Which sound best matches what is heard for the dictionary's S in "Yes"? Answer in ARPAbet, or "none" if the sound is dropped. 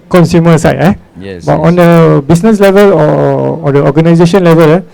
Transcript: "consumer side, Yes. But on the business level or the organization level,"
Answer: none